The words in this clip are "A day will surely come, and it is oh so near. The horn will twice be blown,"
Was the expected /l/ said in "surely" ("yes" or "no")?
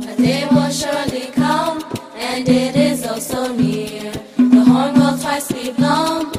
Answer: yes